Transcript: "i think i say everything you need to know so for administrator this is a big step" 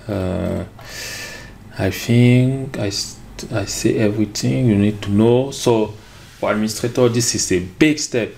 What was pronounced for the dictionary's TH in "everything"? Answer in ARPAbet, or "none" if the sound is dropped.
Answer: T